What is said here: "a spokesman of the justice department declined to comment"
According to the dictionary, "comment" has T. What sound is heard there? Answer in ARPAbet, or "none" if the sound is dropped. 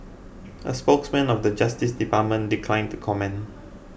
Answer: none